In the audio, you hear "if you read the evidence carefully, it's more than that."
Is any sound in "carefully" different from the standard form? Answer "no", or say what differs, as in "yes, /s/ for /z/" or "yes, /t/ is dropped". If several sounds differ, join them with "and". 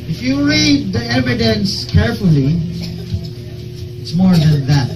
no